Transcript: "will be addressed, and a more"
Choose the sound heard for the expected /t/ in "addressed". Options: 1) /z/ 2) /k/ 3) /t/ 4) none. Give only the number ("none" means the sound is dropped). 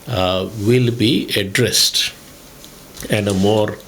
3